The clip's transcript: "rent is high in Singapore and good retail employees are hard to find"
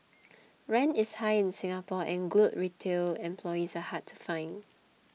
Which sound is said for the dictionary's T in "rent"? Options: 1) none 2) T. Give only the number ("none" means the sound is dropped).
1